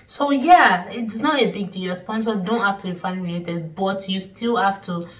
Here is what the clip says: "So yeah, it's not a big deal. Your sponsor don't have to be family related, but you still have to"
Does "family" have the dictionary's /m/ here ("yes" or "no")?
no